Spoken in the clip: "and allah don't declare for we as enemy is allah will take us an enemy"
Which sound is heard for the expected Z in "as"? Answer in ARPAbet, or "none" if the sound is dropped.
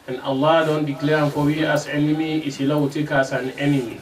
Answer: S